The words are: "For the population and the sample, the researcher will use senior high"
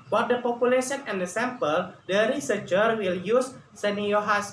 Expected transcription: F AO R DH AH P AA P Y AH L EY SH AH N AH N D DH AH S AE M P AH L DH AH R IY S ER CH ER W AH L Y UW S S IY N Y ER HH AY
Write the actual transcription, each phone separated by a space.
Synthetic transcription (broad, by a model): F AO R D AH P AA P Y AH L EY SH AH N AH N D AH S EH M P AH L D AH R IY S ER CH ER W AH L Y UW S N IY Y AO HH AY